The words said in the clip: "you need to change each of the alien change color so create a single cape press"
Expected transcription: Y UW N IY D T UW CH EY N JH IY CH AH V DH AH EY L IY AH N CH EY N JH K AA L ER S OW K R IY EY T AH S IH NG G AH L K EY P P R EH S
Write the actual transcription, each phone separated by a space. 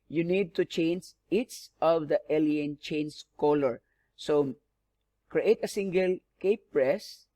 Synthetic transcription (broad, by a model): Y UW N IY D T UW CH EY N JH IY S AH V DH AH EY L IY AH N CH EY N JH K AA L ER S OW K R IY EY T AH S IH NG G AH L K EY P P R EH S